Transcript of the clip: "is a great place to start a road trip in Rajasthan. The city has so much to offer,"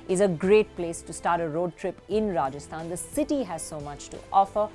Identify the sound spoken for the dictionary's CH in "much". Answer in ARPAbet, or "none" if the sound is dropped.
CH